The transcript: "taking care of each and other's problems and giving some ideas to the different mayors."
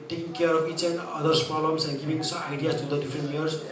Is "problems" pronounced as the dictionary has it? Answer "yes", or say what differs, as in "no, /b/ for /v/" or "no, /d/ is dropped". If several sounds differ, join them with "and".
no, /ɹ/ is dropped